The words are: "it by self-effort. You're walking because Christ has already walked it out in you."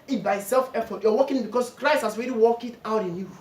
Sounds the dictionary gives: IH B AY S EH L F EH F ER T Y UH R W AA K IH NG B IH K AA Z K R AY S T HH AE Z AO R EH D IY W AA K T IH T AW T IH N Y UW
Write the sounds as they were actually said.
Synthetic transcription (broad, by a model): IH B AY S EH L F EH F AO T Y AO W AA K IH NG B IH K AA S K R AY S T HH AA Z AO R EH D IY W AA K IH T AW T IH N Y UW